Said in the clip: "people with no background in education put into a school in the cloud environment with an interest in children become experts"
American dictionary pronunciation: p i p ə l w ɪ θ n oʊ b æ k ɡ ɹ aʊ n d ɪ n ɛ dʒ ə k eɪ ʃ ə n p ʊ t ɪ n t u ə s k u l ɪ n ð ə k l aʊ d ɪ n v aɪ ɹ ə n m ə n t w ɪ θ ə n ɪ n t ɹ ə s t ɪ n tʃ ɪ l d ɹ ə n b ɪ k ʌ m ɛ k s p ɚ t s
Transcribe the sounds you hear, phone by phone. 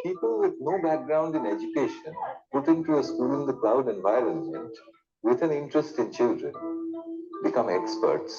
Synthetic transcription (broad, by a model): p i p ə l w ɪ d n oʊ b æ k ɡ ɹ aʊ n d ɪ n ɛ dʒ ə k eɪ ʃ ə n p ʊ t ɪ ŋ t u ə s k u l ɪ n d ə k l aʊ d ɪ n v aɪ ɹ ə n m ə n t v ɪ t ə n ɪ n t ɹ ə s t ɪ n tʃ ɪ l d ɹ ə n b ɪ k ʌ m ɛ k s p ɚ t s